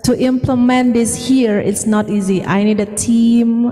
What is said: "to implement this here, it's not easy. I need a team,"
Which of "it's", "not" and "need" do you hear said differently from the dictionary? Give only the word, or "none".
none